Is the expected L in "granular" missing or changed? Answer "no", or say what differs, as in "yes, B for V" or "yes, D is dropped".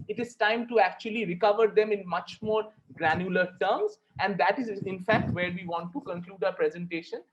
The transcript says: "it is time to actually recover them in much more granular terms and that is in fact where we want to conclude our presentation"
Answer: no